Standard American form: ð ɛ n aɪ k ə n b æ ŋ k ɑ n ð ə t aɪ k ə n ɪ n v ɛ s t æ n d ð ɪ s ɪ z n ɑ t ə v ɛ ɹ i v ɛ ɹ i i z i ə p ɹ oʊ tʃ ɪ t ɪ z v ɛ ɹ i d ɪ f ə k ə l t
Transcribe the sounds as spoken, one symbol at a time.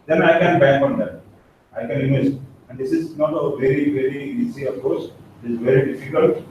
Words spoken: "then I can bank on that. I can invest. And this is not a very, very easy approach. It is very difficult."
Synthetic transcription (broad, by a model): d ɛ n aɪ k ə n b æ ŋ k ɑ n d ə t aɪ k ə n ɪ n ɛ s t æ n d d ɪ s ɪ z n ɑ t ə v ɛ ɹ i v ɛ ɹ i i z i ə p oʊ s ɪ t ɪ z v ɛ ɹ i d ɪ f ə k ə l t